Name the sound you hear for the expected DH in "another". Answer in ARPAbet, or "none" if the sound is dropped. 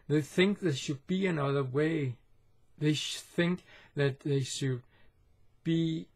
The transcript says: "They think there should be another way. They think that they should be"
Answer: DH